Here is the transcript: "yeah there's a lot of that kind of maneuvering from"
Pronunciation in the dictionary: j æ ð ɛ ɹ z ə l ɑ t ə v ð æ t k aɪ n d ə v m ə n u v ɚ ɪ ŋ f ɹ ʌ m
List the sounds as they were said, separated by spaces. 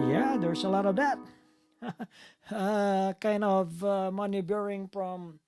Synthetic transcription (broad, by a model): j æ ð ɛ ɹ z ə l ɑ t ə v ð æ t k aɪ n d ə v m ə n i b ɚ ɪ ŋ f ɹ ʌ m